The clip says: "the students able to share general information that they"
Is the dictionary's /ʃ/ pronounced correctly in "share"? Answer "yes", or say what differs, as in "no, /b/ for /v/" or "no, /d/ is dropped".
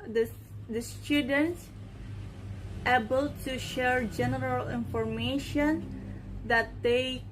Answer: yes